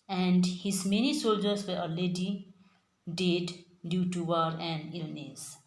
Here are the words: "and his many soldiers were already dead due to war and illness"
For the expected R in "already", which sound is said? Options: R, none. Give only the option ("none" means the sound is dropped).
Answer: none